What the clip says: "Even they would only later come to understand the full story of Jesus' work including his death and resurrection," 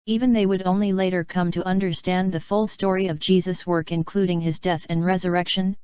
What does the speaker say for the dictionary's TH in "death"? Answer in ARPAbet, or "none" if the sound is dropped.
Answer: TH